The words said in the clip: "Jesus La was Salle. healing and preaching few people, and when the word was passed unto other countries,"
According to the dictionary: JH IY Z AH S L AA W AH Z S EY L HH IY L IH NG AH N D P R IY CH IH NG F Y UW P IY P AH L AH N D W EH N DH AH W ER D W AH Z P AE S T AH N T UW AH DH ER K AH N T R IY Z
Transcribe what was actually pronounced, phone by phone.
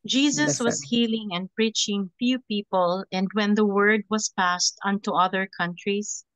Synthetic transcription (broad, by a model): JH IY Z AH S W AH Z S HH IY L IH NG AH N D P R IY CH IH NG F Y UW P IY P AH L AH N D W EH N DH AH W ER D W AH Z P AE S T AH N T UW AH DH ER K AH N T R IY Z